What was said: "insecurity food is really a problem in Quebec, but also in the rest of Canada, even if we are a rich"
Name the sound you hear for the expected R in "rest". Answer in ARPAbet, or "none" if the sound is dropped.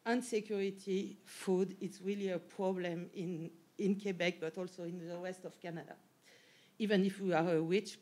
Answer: W